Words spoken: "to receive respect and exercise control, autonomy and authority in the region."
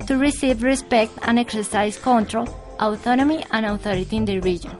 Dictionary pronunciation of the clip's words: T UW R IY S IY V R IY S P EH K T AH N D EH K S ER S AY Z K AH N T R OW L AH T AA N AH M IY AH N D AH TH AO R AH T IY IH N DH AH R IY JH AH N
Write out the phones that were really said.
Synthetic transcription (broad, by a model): T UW R IY S IY V R IY S P EH K T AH N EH K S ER S AY S K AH N T R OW L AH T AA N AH M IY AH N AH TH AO R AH T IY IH N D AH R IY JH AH N